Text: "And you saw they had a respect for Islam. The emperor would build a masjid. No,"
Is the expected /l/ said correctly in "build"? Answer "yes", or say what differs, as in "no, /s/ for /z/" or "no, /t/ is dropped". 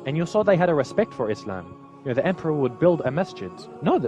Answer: yes